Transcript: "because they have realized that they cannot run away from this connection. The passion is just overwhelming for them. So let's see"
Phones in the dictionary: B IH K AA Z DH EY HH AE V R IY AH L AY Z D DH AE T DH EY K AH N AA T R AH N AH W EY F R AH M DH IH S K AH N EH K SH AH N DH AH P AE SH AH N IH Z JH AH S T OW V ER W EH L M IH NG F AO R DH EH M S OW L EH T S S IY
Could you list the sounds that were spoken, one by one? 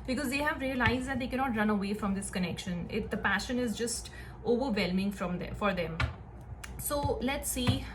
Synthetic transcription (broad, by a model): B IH K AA Z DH EY HH AE V R IY AH L AY Z D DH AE T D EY K AH N AA T R AH N AH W EY F R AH M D IH S K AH N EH K SH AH N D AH P AE SH AH N IH Z JH AH S T OW V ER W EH L M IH NG F AO R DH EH M S OW L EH T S S IY